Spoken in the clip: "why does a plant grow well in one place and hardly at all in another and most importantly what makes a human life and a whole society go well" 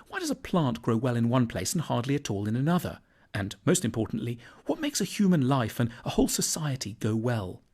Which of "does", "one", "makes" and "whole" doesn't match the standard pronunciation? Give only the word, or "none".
none